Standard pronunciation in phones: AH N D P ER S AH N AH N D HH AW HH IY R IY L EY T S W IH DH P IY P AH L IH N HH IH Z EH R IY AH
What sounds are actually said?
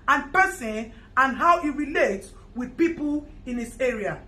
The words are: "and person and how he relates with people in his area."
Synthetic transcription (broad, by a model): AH N P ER S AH N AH N HH AW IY R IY L EY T W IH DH P IY P AH L IH N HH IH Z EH R IY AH